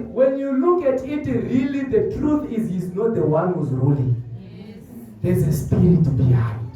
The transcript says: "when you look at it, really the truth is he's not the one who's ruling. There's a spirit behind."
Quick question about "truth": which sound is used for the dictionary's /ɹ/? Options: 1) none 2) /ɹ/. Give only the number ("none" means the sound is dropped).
2